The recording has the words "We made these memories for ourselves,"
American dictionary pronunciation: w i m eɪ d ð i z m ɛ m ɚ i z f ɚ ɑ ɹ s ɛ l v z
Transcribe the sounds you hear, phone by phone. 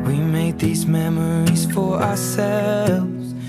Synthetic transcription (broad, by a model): w i m eɪ d ð i z m ɛ m ɚ i z f ɚ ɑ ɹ s ɛ l v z